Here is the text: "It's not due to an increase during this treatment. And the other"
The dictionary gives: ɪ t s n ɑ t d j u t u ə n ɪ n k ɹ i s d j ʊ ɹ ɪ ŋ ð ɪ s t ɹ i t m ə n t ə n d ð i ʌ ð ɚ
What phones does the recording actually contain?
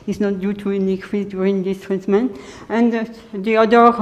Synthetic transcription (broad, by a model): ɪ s n ɑ t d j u t u ə n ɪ k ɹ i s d j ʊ ɹ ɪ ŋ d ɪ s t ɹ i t m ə n ə n d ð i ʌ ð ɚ